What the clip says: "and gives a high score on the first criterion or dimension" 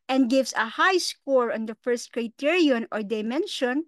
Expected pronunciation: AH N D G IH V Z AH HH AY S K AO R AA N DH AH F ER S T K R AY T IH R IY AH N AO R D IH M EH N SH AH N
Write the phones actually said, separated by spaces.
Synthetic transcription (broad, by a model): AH N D G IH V S AH HH AY S K AO R AA N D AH F ER S T K R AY T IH R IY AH N AO R D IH M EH N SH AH N